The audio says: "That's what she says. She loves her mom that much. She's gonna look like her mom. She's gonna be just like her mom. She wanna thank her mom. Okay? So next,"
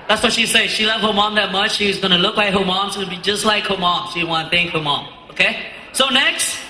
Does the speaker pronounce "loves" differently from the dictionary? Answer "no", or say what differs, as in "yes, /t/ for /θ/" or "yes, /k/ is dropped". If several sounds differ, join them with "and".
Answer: yes, /z/ is dropped